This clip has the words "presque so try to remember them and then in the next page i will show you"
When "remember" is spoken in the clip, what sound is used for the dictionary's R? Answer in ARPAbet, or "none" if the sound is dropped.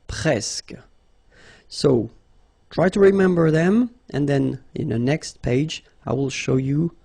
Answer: R